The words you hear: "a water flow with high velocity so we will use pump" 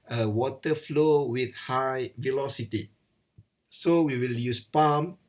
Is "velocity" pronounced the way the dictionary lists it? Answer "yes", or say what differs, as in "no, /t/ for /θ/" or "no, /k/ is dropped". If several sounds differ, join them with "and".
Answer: yes